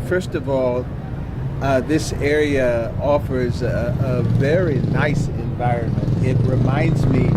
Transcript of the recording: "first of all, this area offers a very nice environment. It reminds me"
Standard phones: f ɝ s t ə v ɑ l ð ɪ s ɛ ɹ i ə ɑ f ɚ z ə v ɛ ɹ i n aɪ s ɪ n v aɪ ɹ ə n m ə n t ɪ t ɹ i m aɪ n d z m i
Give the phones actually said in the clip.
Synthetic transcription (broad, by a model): f ɝ s t ə v ɑ l ð ɪ s ɛ ɹ i ə ɑ f ɚ z ə v ɛ ɹ i n aɪ s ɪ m v aɪ ɹ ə n m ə n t ɪ t ɹ i m aɪ n d z m i